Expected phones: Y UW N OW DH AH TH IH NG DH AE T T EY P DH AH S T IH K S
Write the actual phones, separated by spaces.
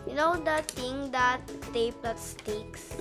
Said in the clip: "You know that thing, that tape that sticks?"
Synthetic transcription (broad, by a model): Y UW N OW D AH T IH NG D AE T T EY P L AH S T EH K S